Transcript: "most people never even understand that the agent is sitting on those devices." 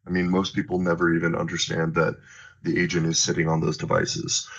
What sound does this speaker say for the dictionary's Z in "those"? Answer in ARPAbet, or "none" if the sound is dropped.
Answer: Z